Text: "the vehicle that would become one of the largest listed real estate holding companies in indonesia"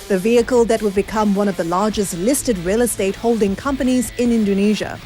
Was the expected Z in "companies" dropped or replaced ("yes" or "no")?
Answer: no